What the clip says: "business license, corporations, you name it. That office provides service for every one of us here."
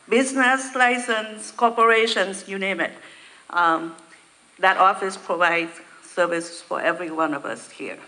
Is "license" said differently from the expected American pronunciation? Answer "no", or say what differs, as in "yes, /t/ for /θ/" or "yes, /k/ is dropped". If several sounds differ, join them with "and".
no